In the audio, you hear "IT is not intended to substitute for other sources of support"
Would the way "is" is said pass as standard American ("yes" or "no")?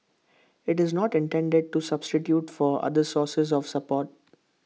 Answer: yes